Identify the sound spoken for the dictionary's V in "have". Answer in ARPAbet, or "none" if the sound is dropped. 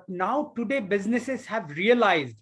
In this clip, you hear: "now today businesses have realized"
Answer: V